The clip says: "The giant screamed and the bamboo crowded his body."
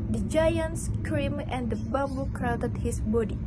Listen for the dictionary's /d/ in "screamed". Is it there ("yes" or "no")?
no